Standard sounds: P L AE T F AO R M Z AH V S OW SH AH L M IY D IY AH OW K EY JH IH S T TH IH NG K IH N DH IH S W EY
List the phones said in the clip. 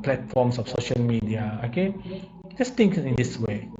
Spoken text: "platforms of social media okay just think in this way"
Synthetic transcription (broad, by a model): P L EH T F AO M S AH F S OW SH AH L M IY D IY AH OW K EY JH IH S T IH NG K IH N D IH S W EY